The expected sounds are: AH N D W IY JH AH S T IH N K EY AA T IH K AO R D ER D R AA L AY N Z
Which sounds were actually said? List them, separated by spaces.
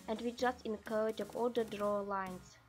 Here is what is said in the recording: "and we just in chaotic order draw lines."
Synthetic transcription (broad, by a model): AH N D W IY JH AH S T IH N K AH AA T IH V AO L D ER D R AA L AY N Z